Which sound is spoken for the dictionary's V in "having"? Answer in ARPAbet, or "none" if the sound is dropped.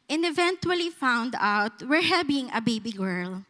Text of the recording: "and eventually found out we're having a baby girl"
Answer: B